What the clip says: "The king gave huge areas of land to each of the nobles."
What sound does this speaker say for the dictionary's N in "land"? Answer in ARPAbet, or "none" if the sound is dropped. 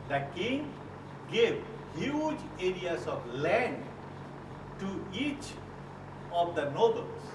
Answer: N